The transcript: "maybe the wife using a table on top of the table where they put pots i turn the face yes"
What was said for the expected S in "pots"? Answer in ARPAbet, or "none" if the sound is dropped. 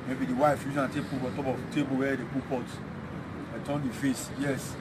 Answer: none